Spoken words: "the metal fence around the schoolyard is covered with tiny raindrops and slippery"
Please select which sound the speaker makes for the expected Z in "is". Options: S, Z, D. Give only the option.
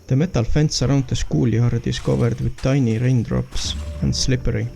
S